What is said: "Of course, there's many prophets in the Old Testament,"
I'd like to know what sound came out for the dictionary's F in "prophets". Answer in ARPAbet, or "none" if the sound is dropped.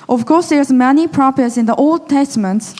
P